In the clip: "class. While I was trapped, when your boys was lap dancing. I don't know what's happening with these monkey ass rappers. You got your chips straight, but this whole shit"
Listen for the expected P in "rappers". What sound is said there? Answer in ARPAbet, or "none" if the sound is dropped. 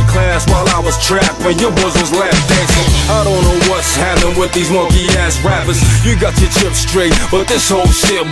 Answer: F